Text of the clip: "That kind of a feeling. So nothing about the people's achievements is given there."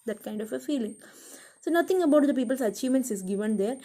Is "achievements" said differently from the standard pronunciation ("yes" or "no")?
no